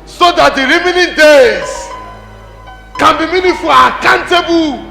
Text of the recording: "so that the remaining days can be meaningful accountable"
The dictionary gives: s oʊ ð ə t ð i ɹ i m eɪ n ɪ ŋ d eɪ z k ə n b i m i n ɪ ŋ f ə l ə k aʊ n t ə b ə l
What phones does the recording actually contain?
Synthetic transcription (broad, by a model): s oʊ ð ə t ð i ɹ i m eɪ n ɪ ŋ d eɪ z k ə n b i m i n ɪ f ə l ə k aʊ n t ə b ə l